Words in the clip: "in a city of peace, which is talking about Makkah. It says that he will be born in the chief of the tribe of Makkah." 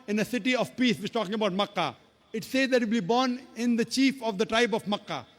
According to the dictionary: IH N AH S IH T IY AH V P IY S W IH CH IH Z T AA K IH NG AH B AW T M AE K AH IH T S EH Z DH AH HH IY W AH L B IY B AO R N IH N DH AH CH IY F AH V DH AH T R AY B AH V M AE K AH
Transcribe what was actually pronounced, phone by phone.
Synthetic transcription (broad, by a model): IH N AH S IH T IY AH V P IY S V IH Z T AA K IH NG AH B AW T M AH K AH IH T S EH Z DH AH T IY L B IY B AO R N IH N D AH CH IY F AH V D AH T R AY B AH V M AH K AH